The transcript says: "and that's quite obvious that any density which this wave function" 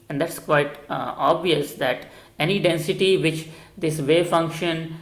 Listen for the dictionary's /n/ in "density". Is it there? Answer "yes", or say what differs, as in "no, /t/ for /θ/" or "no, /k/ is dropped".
yes